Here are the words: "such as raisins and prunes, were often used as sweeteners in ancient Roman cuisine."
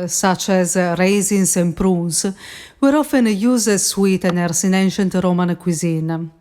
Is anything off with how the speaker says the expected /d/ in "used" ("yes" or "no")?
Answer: yes